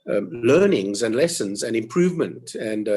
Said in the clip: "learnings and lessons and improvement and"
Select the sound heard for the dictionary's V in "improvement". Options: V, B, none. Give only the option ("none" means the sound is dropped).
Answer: V